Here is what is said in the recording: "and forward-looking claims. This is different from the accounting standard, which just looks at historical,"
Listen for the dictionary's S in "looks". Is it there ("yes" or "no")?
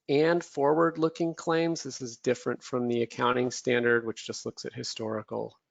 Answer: yes